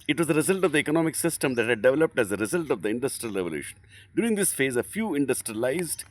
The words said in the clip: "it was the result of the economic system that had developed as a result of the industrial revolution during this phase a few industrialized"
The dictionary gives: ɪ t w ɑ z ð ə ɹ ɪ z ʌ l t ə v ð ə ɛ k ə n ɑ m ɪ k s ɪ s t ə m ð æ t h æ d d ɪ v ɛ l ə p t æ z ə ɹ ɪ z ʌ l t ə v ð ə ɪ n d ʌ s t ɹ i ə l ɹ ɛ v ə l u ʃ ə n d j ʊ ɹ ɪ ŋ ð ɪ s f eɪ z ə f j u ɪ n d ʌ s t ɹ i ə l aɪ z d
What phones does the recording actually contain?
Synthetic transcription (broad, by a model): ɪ t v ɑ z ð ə ɹ ɪ z ʌ l t ə v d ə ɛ k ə n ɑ m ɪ k s ɪ s t ə m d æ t h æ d d ɪ v ɛ l ə p t æ z ə ɹ ɪ z ʌ l t ə v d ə ɪ n d ʌ s t ɹ i ə l ɹ ɛ v ə l u ʃ ə n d j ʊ ɹ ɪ ŋ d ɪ s f eɪ z ə f j u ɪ n d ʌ s t ɹ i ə l aɪ z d